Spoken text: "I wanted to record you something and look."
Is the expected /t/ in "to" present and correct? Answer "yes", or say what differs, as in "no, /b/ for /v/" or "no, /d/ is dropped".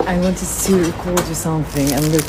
no, /s/ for /t/